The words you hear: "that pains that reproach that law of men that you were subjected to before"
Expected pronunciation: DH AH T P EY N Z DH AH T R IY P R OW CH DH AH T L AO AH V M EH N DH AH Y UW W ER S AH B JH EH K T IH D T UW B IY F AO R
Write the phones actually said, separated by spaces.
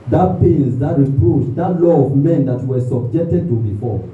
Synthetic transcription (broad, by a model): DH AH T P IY L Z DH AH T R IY P R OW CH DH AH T L AO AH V M EH N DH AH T W ER S AH B JH EH K T IH D T UW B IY F AO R